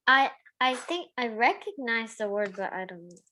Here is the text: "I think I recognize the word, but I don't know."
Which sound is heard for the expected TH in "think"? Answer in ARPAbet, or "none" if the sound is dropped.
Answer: TH